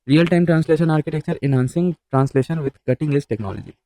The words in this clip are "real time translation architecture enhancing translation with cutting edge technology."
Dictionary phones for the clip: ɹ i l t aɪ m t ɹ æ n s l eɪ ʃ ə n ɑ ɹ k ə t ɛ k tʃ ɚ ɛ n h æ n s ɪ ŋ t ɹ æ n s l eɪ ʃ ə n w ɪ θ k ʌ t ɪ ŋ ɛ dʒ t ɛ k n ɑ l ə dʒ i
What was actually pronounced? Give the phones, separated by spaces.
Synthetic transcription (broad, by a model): ɹ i l t aɪ m t ɹ æ n s l eɪ ʃ ə n ɑ ɹ k ə t ɛ k tʃ ɚ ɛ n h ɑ n s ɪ ŋ t ɹ æ n s l eɪ ʃ ə n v ɪ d k ʌ t ɪ ŋ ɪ z t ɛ k n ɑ l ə dʒ i